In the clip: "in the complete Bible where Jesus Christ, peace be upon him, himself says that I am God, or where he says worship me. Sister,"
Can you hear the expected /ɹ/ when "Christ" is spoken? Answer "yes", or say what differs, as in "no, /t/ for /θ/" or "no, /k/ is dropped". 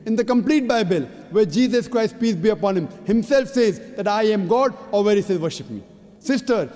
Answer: yes